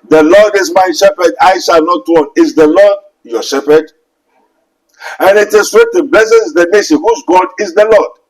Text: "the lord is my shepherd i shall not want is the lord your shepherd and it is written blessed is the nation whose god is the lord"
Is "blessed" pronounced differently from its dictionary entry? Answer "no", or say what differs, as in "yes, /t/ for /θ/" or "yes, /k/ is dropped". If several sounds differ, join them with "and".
yes, /t/ is dropped